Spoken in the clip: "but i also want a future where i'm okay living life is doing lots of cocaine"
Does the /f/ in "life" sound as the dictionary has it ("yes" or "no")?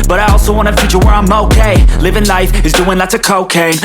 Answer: yes